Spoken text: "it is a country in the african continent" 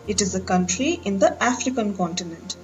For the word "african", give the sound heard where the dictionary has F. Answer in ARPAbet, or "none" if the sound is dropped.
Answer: F